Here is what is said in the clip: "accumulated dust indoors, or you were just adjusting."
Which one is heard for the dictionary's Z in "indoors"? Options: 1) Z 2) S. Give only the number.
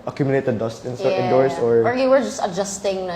2